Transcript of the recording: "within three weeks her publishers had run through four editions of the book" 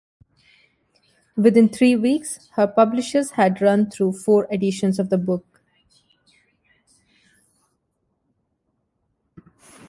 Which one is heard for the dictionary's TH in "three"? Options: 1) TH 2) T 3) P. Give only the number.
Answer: 2